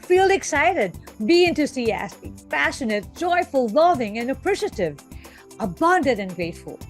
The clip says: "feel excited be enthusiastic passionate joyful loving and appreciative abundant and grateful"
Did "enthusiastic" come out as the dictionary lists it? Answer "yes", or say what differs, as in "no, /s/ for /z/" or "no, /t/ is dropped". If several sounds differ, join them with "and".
no, /t/ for /θ/ and /s/ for /z/